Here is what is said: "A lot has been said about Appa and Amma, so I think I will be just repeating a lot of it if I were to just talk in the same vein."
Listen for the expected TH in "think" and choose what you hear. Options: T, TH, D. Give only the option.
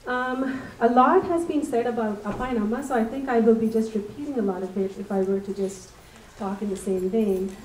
TH